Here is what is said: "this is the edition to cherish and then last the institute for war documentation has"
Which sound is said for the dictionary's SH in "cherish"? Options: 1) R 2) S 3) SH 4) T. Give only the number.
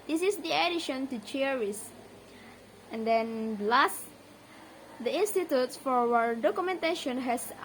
2